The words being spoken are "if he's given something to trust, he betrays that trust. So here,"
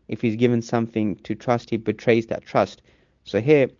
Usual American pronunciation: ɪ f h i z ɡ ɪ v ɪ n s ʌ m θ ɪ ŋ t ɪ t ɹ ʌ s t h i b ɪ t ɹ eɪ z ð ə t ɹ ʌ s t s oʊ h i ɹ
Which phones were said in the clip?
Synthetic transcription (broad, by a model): ɪ f h i z ɡ ɪ v ɪ n s ʌ m θ ɪ ŋ t ɪ t ɹ ʌ s t h i b ɪ t ɹ eɪ z ð ə t ɹ ʌ s t s oʊ h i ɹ